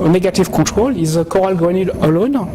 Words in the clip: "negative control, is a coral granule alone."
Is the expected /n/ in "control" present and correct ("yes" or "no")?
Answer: no